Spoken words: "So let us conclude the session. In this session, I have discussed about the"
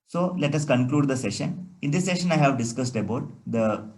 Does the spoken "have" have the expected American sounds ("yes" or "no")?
yes